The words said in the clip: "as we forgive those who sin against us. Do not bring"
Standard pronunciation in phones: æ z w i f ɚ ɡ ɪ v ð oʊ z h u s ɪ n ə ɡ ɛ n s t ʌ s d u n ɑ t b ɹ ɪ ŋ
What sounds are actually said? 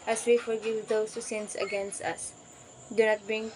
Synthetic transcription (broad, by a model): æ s w i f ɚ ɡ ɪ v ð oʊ s h u s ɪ n ə ɡ ɛ n s t ʌ s d u n ɑ t b ɹ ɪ ŋ